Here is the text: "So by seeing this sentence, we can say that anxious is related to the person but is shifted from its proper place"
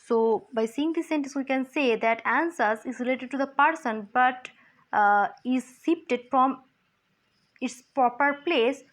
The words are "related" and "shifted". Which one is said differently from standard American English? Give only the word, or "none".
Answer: shifted